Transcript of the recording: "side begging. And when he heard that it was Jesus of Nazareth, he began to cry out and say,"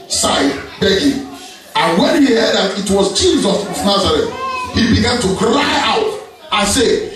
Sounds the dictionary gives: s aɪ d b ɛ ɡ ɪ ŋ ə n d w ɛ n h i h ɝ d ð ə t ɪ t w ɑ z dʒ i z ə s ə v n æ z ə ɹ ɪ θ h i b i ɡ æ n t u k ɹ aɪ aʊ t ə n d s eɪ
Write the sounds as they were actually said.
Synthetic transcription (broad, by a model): s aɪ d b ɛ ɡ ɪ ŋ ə n w ɛ n h i h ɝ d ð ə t ɪ t w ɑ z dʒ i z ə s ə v n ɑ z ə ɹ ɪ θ h i b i ɡ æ n t u k ɹ aɪ aʊ t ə n s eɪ